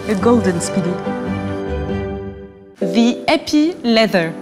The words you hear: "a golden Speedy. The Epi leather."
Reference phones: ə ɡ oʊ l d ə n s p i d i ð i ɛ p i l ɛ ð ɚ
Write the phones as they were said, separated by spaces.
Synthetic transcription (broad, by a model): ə ɡ oʊ l d ə n s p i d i ð i ɛ p i l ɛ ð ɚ